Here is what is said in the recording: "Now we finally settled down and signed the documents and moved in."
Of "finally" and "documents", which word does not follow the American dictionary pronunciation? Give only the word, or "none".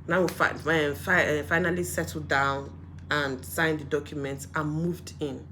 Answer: none